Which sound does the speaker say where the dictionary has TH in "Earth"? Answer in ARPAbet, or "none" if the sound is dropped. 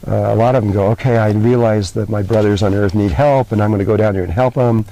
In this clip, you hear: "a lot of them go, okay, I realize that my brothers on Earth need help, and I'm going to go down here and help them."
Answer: TH